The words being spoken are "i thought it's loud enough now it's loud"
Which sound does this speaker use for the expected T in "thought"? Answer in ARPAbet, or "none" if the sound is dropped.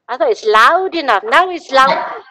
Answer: none